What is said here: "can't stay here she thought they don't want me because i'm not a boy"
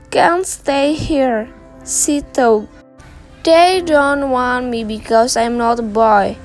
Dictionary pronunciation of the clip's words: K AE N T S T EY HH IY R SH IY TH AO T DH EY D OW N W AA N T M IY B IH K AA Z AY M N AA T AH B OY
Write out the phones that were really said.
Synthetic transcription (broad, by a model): K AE N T S T EY HH IY R S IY T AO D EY D OW N W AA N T M IY B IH K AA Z AY M N AA T AH B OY